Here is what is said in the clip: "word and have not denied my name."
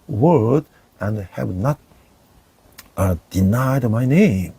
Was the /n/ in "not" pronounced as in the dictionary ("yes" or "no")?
yes